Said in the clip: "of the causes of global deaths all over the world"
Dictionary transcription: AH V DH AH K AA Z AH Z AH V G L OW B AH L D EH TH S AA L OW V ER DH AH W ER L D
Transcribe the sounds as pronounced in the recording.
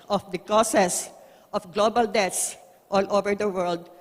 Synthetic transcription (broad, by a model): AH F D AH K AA S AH S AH F G L OW B AH L D EH T S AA L OW V ER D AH W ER L D